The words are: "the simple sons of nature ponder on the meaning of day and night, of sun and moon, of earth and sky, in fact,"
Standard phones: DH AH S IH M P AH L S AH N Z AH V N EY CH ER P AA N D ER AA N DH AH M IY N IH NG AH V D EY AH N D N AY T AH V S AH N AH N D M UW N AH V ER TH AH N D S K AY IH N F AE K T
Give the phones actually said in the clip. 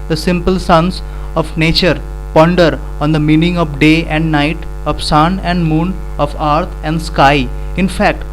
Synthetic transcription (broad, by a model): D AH S IH M P AH L S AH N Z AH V N EY CH ER P AA N D ER AA N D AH M IY N IH NG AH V D EY AH N D N AY T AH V S AH N AH N D M UW N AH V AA T AH N D S K AY IH N F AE K T